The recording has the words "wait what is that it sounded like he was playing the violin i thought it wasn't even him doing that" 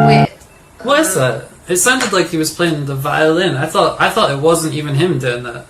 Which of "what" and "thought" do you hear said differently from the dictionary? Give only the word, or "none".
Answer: none